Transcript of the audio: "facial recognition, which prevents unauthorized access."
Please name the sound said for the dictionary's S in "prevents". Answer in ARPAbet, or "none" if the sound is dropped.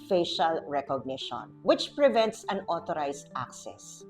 S